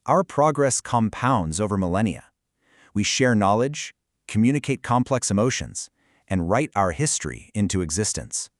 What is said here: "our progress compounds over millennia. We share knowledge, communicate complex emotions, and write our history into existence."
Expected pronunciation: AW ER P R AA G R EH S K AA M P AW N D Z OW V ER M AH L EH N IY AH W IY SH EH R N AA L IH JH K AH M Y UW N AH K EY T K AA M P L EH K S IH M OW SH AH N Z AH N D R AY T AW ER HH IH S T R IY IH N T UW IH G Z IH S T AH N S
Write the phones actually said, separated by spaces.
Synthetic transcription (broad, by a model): AW ER P R AA G R EH S K AA M P AW N D Z OW V ER M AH L EH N IY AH W IY SH EH R N AA L IH JH K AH M Y UW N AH K EY T K AA M P L EH K S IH M OW SH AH N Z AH N R AY T AW ER HH IH S T R IY IH N T UW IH G Z IH S T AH N S